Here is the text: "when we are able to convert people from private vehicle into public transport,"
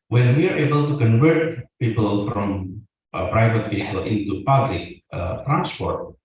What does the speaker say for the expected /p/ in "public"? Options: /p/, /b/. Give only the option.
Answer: /p/